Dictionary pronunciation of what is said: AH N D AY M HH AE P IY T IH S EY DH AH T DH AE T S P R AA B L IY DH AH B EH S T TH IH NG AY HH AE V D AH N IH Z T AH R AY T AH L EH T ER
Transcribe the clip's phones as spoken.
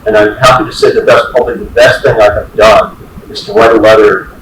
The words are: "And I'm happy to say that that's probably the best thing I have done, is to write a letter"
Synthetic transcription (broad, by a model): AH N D AY M HH AE P IY T IH S EY DH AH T DH AE T S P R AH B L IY DH AH B EH S T TH IH NG AY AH V D AH N IH Z T AH W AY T AH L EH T ER